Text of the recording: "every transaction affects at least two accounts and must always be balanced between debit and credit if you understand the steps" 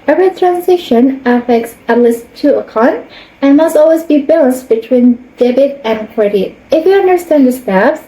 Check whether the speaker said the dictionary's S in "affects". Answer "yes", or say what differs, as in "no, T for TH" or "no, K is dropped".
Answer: yes